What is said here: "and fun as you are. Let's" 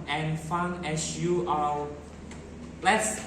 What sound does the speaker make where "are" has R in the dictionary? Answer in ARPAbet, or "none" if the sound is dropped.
L